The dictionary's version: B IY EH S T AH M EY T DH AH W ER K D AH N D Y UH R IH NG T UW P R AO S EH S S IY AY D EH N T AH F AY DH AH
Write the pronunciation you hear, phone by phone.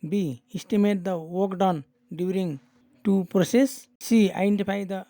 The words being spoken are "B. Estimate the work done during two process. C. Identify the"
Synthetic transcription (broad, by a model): B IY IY S T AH M EY T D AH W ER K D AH N D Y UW R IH NG T UW P R AO S EH S S IY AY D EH N T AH P AY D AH